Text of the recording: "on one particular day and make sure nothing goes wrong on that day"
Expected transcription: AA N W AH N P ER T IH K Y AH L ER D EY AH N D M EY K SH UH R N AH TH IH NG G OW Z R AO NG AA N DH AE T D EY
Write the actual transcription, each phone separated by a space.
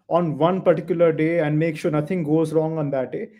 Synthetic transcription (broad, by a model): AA N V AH N P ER T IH K Y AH L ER D EY AH N D M EY K SH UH R N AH T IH NG G OW Z R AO NG AA N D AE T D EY